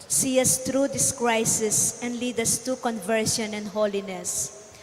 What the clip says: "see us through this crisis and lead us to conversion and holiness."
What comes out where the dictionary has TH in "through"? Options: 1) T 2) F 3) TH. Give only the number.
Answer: 1